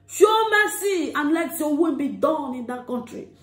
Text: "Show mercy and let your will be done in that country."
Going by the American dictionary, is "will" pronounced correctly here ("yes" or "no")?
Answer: no